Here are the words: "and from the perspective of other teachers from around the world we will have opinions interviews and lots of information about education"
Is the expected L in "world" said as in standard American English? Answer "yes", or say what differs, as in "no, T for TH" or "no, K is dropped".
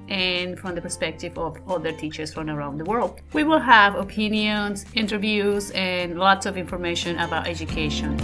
yes